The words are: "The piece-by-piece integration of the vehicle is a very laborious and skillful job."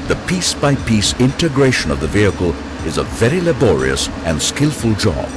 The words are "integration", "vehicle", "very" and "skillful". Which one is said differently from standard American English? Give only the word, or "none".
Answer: none